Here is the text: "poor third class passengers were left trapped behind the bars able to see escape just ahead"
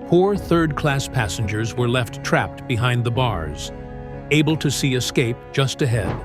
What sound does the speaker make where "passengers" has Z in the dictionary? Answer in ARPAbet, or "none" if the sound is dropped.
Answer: Z